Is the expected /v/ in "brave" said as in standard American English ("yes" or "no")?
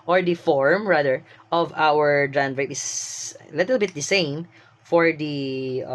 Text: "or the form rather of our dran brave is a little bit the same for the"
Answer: no